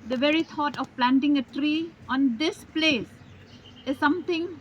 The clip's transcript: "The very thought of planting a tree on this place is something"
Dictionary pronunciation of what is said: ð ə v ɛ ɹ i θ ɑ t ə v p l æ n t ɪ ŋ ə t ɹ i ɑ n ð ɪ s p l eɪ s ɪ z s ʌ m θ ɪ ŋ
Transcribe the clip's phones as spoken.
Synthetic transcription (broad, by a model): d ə v ɛ ɹ i t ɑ t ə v p l æ n t ɪ ŋ ə t ɹ i ɑ n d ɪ s p l eɪ s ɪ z s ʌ m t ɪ ŋ